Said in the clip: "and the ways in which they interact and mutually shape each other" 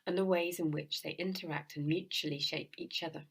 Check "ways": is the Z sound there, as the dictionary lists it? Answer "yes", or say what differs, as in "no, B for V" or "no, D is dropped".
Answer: yes